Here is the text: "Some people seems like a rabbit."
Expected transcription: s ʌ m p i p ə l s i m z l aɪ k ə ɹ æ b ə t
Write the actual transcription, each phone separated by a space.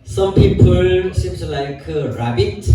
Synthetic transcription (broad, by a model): s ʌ m p i p ə l s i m s l aɪ k ə ɹ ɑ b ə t